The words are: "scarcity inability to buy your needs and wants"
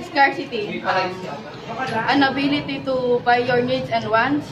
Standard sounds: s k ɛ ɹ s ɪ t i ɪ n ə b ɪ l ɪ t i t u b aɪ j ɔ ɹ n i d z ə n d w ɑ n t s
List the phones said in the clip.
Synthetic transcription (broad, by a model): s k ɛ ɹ s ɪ t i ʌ n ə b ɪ l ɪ t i t u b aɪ j ɔ ɹ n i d s ə n d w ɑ n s